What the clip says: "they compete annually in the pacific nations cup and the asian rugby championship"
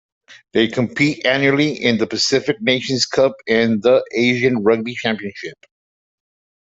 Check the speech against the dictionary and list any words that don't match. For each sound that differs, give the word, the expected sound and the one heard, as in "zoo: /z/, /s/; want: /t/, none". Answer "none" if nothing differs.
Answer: none